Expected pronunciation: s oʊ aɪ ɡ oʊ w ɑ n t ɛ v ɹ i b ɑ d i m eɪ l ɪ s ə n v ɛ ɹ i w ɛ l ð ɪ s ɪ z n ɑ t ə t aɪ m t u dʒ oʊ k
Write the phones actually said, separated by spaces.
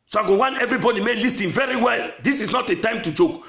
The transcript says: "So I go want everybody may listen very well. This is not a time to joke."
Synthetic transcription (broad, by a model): s oʊ aɪ ɡ oʊ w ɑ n ɛ v ɹ i b ɑ d i m eɪ l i s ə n v ɛ ɹ i w ɛ l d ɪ s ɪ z n ɑ t ə t aɪ m t u dʒ oʊ k